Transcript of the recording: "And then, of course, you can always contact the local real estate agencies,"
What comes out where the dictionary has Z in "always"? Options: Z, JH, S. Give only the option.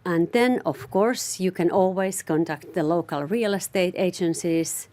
S